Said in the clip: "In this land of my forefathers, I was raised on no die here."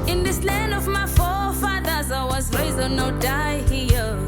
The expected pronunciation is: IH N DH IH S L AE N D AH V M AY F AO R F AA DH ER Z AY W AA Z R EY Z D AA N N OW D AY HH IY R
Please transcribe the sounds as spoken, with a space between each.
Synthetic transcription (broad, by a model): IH N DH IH S L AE N D AH V M AY F AO F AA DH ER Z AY W AA Z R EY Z AA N N OW D AY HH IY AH